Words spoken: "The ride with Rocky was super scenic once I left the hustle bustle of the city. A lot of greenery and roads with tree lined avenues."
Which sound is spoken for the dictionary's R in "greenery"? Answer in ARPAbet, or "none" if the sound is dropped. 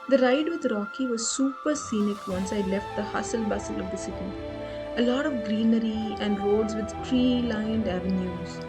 R